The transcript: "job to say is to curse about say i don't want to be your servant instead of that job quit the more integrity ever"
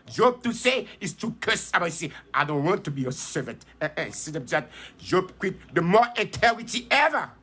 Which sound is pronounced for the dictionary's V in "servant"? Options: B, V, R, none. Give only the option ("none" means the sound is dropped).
V